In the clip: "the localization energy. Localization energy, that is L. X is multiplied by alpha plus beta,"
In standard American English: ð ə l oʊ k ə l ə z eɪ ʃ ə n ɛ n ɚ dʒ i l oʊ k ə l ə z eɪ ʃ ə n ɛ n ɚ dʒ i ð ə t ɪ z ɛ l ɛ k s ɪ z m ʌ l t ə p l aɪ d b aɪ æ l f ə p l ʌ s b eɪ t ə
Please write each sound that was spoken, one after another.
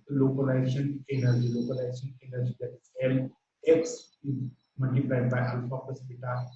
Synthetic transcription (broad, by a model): l oʊ k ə l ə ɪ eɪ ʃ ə n ɛ n ɚ dʒ i l oʊ k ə l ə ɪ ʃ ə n ɛ n ɚ dʒ i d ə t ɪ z ɛ l ɛ k s ɪ z m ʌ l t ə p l aɪ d b aɪ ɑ l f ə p ʌ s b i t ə